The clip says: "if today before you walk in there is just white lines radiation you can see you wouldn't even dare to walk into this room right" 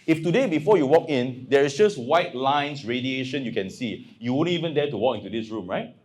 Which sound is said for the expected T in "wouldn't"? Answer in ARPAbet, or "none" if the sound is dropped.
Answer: none